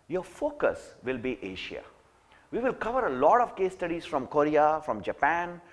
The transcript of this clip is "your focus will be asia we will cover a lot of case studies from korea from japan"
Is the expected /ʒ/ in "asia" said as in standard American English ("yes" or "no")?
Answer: no